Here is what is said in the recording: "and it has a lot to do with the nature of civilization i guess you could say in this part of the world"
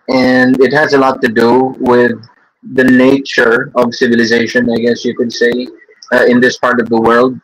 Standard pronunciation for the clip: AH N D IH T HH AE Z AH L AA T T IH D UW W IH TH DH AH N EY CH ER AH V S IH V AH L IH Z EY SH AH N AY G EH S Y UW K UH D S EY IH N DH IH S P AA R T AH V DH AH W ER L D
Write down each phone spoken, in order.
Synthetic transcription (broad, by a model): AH N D IH T HH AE Z AH L AA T T IH D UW W IH DH AH N EY CH ER AH V S IH V AH L IH Z EY SH AH N AY G EH S Y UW K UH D S EY IH N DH IH S P AA R T AH V DH AH W ER L D